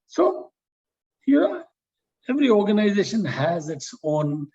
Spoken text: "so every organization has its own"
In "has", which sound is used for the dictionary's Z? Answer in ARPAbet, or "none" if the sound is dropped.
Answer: Z